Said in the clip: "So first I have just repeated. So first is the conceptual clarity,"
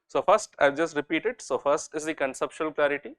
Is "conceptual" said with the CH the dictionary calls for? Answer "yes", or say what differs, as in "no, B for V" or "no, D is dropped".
no, SH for CH